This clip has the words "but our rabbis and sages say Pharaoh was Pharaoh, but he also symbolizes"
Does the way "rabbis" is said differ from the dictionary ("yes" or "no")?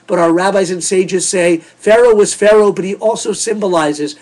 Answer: no